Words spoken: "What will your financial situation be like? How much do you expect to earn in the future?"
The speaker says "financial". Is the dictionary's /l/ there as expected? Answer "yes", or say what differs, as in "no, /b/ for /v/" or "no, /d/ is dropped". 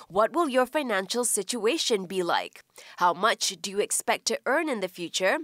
yes